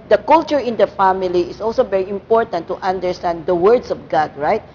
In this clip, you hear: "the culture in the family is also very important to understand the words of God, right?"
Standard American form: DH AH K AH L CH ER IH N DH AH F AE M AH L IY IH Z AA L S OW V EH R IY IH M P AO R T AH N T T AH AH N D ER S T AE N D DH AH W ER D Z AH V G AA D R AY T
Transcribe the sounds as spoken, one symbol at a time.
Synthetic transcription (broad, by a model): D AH K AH L CH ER IH N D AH F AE M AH L IY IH S AA L S OW V EH R IY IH M P AO R T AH N T T AH N D ER S T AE N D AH W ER D S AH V G AA D R AY T